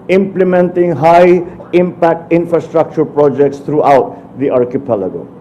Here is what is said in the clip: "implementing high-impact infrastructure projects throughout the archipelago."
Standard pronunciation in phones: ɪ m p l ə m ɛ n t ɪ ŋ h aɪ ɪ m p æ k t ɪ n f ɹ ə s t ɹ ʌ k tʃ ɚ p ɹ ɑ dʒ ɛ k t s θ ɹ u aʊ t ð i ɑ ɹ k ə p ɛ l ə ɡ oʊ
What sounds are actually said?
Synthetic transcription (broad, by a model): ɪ m p l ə m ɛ n t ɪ ŋ h aɪ ɪ m p æ k t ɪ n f ɹ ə s t ɹ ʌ k tʃ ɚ p ɹ ɑ dʒ ɛ k t s t ɹ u aʊ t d i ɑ ɹ k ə p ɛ l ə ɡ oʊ